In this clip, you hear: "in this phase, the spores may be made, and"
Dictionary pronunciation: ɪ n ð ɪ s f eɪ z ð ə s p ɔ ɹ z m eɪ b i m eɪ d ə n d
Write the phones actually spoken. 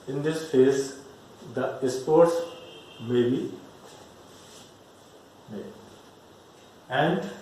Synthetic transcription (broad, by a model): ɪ n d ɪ s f eɪ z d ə s p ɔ ɹ s m eɪ b i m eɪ ə n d